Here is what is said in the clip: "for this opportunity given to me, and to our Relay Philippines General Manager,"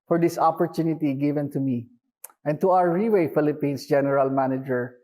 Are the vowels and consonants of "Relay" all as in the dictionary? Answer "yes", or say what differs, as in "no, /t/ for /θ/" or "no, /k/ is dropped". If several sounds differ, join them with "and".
no, /w/ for /l/